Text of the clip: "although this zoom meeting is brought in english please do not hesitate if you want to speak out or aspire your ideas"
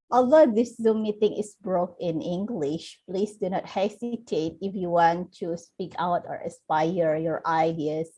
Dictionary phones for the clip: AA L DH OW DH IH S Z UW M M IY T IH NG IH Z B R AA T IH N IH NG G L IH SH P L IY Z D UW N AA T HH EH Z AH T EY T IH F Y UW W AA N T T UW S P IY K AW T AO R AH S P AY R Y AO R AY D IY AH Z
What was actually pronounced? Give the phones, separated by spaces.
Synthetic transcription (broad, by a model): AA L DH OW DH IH S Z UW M M IY T IH NG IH S B R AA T IH N IH NG G L IH SH P L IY S D UW N AA T HH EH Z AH T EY T IH F Y UW W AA N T T UW S P IY K AW T AO R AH S P AY R Y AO R AY D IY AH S